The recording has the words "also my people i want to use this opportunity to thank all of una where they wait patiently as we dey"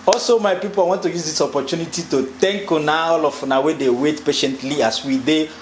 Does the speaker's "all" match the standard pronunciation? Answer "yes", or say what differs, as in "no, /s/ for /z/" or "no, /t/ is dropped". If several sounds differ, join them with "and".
no, /n/ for /l/